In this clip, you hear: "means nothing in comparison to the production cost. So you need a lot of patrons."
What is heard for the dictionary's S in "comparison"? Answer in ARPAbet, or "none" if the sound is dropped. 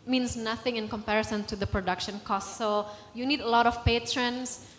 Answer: S